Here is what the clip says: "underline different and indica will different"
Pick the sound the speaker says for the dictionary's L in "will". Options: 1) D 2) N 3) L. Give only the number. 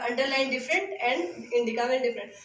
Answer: 2